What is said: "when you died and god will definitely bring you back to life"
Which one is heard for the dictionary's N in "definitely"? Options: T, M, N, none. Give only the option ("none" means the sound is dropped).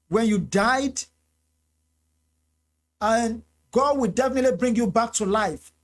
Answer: N